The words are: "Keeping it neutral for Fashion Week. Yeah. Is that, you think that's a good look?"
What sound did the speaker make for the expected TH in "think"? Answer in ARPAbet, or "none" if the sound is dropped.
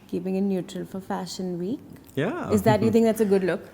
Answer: T